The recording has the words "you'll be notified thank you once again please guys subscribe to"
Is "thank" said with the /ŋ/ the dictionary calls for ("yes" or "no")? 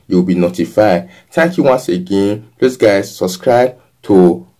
no